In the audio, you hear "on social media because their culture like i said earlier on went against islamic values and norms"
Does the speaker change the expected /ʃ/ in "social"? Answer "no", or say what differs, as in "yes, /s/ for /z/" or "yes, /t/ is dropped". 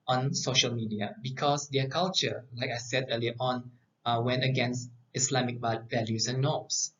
no